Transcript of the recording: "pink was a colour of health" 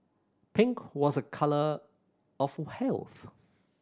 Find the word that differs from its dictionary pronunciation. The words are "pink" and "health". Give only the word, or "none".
none